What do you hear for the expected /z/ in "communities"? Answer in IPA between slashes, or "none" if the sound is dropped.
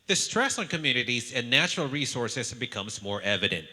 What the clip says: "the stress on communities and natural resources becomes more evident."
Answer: /z/